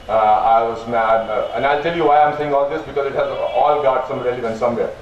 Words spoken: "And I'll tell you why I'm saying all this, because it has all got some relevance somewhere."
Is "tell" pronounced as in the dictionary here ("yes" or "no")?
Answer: yes